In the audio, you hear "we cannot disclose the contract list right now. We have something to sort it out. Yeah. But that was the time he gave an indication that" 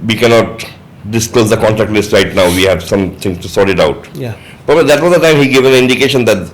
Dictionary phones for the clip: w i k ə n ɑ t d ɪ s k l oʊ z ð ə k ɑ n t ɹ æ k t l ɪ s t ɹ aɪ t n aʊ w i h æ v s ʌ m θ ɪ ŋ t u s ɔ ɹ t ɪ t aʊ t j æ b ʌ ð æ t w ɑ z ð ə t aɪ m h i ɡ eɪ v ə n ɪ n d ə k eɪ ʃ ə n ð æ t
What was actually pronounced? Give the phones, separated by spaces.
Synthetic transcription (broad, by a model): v i k ə n ɑ t d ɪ s k l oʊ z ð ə k ɑ n t ɹ æ k t l ɪ s t ɹ aɪ t n aʊ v i h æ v s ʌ m t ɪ ŋ t u s ɔ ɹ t ɪ t aʊ t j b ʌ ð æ t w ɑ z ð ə t aɪ m h i ɡ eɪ v ə n ɪ n d ə k eɪ ʃ ə n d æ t